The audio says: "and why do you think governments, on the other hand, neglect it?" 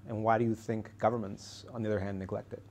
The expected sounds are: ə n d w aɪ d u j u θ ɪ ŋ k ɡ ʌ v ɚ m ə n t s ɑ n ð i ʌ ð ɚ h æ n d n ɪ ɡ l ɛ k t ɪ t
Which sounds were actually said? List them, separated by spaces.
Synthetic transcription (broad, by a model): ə n w aɪ d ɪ j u θ ɪ ŋ k ɡ ʌ v ɚ m ə n t s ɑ n ð i ʌ ð ɚ h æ n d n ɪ ɡ l ɛ k t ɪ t